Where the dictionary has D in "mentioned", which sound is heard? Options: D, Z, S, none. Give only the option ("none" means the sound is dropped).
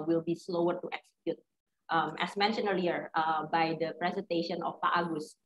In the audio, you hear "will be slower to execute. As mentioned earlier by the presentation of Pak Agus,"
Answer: none